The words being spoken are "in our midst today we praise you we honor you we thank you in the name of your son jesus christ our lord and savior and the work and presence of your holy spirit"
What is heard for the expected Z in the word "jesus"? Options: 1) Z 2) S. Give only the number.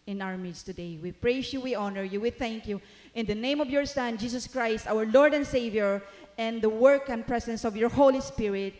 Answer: 2